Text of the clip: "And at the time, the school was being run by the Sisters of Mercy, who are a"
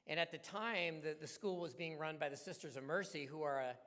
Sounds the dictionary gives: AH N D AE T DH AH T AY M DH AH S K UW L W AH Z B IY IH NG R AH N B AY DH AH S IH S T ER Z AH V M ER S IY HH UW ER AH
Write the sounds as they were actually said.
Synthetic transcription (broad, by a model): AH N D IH T DH AH T AY M DH AH S K UW L W AH Z B IY IH NG R AH N B AY DH AH S IH S T ER Z AH V M ER S IY HH UW ER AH